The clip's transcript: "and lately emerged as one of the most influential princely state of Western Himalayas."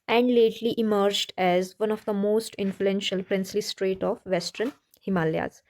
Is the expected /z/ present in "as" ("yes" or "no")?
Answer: yes